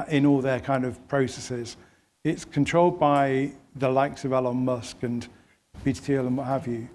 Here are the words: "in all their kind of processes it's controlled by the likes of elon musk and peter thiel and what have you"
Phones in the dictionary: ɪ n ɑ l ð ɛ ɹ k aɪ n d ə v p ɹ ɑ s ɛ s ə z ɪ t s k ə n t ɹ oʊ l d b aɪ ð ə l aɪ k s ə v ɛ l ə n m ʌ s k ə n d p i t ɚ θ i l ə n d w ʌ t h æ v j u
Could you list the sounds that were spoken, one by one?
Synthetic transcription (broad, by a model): ɪ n ɑ l ð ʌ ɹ k aɪ n d ə v p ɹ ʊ s ɛ s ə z ɪ t s k ə n t ɹ oʊ l d b aɪ ð ə l aɪ k s ə v ɛ l ə n m ʌ s k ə n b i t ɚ t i l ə n w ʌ t h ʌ v j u